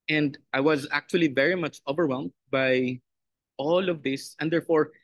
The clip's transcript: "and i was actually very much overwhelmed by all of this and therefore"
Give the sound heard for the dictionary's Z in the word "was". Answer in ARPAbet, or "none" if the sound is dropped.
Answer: Z